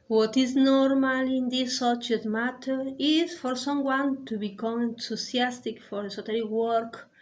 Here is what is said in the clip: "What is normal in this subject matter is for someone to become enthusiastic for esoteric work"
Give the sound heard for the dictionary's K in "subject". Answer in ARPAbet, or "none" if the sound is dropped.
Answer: none